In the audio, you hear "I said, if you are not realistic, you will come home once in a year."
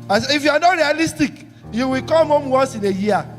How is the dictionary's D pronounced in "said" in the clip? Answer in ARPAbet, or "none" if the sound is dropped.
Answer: none